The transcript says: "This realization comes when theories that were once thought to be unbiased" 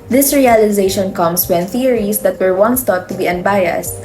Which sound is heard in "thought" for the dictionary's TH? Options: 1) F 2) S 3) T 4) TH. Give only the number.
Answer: 3